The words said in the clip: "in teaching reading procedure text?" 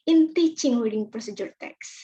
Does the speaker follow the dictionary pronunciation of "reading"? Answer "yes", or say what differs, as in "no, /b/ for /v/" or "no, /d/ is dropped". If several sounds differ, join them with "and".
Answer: no, /w/ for /ɹ/